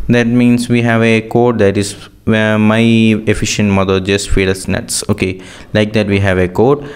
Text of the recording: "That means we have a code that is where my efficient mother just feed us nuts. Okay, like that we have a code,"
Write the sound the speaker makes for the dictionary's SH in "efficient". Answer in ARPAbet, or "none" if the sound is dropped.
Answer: SH